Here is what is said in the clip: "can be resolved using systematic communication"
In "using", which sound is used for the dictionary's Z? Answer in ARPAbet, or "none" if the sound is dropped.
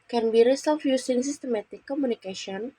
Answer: S